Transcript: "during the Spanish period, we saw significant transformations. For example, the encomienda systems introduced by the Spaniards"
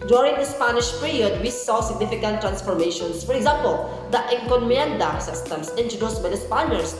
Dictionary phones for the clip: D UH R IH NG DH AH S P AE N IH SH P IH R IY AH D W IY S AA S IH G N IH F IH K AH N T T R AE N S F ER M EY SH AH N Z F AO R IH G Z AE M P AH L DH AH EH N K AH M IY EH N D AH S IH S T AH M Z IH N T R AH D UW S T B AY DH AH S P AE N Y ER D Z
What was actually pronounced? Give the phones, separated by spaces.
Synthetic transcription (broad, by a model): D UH R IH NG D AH S P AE N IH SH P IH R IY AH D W IY S AA S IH G N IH F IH K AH N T T R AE N S F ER M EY SH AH N S F AO R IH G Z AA M P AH L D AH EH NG K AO M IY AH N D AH S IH S T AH M S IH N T AH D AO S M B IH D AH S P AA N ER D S